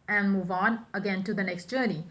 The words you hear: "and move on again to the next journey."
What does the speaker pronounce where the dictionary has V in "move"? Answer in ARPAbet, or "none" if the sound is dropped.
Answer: V